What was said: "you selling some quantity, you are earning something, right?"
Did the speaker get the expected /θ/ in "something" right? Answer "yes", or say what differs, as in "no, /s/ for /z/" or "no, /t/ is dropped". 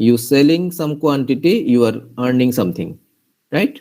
no, /t/ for /θ/